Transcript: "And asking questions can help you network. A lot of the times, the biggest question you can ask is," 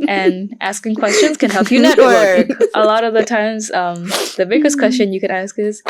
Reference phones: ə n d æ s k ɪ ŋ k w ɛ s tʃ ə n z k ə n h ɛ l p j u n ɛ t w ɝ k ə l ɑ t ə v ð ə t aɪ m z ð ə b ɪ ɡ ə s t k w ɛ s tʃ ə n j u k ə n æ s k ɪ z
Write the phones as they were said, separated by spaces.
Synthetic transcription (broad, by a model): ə n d æ s k ɪ ŋ k w ɛ s tʃ ə n z k ə n h ɛ l p j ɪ n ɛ t w ɝ k ə l ɑ t ə v ð ə t aɪ m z ð ə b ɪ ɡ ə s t k w ɛ s tʃ ə n j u k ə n æ s k ɪ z